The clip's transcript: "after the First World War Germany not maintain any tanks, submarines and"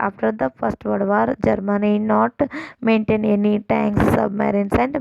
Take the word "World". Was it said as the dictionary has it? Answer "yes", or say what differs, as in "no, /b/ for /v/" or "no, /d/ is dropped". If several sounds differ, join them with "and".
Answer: no, /l/ is dropped